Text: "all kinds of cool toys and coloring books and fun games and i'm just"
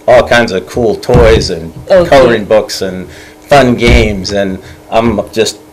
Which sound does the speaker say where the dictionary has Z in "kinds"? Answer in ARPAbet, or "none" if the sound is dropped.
Z